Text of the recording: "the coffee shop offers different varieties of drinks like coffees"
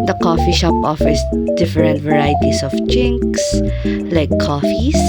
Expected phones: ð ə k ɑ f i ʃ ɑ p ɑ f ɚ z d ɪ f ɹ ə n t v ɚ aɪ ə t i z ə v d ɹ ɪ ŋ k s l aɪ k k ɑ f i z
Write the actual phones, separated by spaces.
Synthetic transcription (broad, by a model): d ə k ɑ f i ʃ ɑ p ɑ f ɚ s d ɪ f ɹ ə n t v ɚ aɪ t i s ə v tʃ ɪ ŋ k s l aɪ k k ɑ f i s